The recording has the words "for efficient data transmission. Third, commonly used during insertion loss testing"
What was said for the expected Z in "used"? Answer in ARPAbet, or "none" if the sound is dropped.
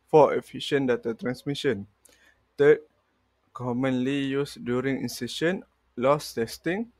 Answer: S